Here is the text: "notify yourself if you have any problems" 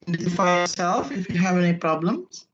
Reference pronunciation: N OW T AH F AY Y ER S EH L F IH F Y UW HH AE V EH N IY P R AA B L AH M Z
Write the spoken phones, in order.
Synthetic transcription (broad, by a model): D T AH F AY Y ER S EH L F IH F Y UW HH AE V EH N IY P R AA B L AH M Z